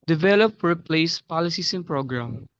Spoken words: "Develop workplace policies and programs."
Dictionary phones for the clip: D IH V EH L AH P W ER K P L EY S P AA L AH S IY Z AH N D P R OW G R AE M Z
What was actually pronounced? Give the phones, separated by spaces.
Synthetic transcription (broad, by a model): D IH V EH L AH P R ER P L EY S P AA L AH S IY S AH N P R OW G R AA M